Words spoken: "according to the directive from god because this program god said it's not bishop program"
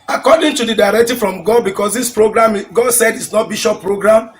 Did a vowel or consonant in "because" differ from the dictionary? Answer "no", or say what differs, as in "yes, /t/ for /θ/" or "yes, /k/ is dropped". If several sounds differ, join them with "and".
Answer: yes, /s/ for /z/